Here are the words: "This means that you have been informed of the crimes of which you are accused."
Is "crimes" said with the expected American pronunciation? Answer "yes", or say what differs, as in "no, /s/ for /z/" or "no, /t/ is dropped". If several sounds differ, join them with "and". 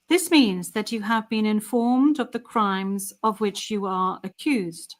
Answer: yes